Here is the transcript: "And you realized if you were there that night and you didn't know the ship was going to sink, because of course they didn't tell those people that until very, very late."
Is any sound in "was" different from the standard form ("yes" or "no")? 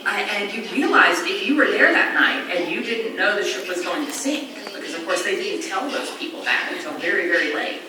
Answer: no